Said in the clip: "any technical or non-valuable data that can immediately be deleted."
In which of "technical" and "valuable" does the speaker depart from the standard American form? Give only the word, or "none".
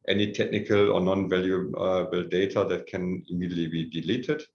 none